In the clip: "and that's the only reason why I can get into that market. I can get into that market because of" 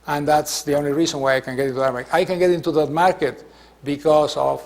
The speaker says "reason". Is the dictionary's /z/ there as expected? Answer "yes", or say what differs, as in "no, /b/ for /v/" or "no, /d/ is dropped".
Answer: no, /s/ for /z/